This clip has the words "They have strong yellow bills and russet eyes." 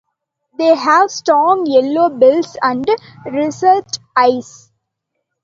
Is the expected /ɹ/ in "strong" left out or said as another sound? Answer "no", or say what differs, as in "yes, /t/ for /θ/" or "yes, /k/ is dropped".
yes, /ɹ/ is dropped